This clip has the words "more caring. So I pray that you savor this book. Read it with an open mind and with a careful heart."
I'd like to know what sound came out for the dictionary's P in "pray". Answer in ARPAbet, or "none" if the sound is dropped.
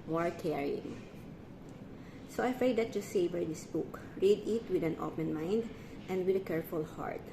F